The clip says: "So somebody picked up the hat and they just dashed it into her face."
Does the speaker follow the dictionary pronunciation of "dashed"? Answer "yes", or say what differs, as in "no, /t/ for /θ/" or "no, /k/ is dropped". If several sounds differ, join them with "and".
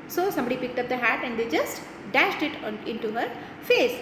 yes